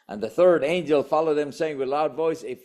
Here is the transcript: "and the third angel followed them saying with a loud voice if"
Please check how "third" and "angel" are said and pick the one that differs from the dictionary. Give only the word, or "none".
none